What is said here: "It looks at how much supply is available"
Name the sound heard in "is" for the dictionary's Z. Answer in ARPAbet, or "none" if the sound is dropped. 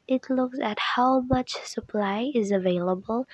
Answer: Z